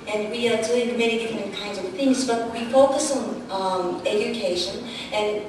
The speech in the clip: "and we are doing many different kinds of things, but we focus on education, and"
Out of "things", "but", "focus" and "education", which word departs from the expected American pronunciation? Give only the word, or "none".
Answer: none